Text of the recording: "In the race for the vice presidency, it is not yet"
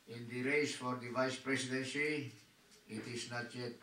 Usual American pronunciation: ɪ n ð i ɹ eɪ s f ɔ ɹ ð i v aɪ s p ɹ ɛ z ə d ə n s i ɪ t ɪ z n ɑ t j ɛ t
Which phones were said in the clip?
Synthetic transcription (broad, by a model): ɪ n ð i ɹ eɪ s f ɔ ɹ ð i v aɪ s p ɹ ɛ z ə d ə n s i ɪ t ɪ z n ɑ t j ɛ t